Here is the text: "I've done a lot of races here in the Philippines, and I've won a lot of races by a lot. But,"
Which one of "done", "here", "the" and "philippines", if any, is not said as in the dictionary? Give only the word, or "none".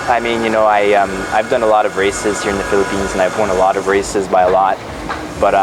none